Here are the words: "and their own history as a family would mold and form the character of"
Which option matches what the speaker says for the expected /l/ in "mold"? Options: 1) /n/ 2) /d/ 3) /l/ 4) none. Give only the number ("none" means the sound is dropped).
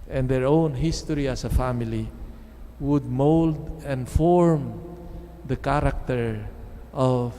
3